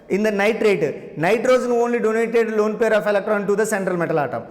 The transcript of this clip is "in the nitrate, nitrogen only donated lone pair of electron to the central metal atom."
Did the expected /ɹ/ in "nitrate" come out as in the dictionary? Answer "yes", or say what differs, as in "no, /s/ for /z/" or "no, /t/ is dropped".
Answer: yes